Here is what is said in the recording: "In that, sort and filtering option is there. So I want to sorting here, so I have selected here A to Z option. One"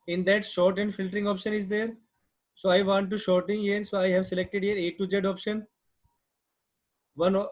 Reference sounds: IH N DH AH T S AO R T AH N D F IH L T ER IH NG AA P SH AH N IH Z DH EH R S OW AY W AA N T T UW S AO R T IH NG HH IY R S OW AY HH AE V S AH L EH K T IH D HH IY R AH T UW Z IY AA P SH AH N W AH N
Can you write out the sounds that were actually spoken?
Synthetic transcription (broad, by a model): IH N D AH T SH AO R T AH N D F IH L T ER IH NG AA P SH AH N IH Z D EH R S OW AY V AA N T T UW SH AO R T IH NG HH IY R S OW AY HH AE V S AH L EH K T IH D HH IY R AH T UW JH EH AA P SH AH N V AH N